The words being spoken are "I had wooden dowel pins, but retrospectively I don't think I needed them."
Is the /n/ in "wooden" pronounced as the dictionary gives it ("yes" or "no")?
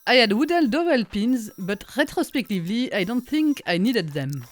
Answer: no